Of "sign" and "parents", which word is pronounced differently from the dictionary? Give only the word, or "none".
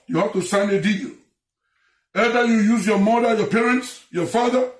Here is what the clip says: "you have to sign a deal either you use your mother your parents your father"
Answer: none